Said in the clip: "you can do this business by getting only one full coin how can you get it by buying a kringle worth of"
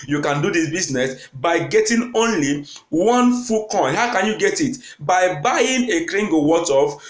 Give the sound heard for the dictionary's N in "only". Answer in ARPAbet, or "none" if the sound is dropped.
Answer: N